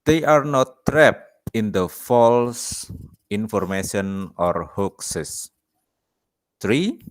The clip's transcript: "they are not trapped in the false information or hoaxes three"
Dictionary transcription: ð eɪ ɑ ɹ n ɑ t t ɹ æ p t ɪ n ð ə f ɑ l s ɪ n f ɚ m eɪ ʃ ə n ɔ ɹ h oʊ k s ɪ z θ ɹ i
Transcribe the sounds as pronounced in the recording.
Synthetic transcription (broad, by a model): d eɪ ɑ ɹ n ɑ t t ɹ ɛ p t ɪ n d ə f ɑ l s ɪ n f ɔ m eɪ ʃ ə n ɔ ɹ h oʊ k s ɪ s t ɹ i